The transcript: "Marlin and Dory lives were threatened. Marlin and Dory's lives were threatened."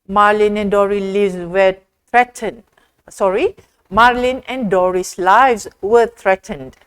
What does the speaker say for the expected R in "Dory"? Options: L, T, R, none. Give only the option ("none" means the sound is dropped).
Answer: R